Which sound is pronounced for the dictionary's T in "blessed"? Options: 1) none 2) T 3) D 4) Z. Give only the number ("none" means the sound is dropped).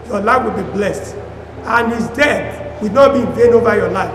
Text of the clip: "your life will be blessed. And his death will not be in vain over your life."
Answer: 2